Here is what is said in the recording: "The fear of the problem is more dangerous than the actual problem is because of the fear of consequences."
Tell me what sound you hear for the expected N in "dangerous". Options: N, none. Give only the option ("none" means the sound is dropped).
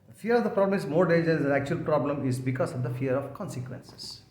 none